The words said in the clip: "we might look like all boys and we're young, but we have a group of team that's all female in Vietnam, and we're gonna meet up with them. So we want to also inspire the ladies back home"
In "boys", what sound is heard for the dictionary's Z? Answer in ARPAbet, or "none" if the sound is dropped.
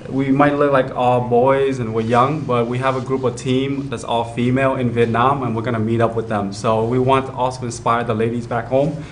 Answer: Z